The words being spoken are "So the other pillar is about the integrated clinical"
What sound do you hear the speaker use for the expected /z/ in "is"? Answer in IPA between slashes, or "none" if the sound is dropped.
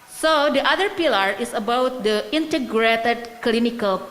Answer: /s/